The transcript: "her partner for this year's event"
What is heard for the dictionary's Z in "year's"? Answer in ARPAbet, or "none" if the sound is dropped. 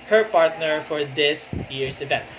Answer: S